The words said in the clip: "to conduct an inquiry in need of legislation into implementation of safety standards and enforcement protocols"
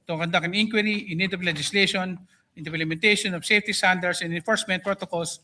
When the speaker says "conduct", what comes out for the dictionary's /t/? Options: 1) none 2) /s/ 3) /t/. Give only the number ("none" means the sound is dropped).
1